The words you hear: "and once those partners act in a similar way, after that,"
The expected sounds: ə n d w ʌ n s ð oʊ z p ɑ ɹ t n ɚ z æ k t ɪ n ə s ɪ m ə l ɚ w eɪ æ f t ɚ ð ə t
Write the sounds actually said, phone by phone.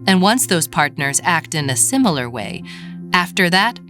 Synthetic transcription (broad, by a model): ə n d w ʌ n s ð oʊ z p ɑ ɹ t n ɚ z æ k t ɪ n ə s ɪ m l ɚ w eɪ æ f t ɚ ð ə t